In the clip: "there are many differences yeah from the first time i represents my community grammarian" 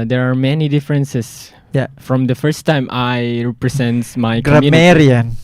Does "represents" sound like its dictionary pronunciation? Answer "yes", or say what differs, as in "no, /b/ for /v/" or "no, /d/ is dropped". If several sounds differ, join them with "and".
no, /s/ is dropped